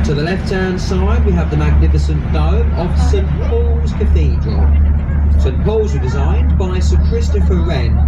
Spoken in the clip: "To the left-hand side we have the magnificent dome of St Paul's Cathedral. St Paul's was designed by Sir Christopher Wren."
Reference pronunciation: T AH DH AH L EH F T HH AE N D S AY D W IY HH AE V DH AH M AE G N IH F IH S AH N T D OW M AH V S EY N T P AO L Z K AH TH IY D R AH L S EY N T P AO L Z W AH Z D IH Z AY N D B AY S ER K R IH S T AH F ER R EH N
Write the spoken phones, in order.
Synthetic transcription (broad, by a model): T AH DH AH L EH F T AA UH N S AY D W IY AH V DH AH M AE G N IH F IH S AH N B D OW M AH V S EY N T P AO L Z K AH TH IY D R AH L S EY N P AO L Z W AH D IH Z AY N B AY S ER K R IH S T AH F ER R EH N